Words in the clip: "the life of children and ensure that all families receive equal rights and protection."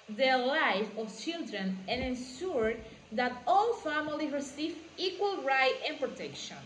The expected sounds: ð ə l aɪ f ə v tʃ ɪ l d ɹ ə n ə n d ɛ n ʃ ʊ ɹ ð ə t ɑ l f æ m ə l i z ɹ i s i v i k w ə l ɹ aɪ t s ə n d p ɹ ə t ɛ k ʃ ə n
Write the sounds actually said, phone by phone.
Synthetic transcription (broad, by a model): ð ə l aɪ f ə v tʃ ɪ l d ɹ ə n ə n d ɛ n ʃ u ɹ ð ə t ɑ l f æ m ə l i ɹ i s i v i k w ə l ɹ aɪ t ə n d p ɹ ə t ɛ k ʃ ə n